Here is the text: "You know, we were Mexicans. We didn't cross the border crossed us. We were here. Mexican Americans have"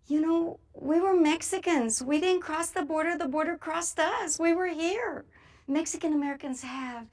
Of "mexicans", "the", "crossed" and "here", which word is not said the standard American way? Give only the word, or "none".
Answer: none